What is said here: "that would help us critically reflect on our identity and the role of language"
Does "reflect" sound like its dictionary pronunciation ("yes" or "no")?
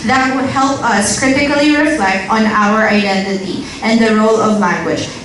yes